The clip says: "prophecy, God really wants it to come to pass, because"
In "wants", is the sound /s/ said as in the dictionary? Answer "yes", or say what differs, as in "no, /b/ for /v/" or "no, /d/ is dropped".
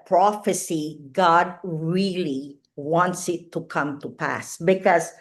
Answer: yes